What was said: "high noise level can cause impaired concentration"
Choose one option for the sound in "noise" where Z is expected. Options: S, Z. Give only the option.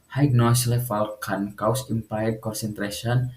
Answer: S